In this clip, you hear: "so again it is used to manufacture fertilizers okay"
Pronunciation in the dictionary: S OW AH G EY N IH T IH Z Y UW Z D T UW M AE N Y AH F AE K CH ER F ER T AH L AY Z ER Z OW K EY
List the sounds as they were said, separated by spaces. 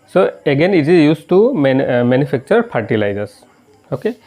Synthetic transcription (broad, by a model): S OW AH G EY N IH T IH Z Y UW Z T UW M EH N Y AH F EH K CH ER P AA T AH L AY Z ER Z OW K EY